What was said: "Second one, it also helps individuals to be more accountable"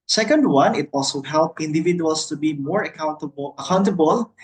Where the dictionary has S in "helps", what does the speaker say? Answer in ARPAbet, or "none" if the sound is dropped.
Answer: none